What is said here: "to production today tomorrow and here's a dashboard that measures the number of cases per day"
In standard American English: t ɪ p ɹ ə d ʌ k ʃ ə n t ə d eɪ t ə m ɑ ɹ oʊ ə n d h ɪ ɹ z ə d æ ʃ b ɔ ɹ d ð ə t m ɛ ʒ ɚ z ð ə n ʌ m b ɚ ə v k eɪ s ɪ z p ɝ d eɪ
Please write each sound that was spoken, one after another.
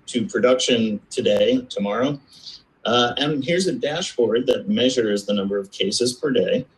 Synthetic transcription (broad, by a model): t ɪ p ɹ ə d ʌ k ʃ ə n t ə d eɪ t ə m ɑ ɹ oʊ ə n h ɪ ɹ z ə d æ ʃ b ɔ ɹ d ð ə t m ɛ ʒ ɚ z ð ə n ʌ m b ɚ ə v k eɪ s ɪ z p ɝ d eɪ